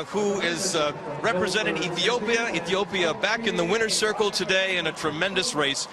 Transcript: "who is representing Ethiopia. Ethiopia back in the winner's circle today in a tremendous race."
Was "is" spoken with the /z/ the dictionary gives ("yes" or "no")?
yes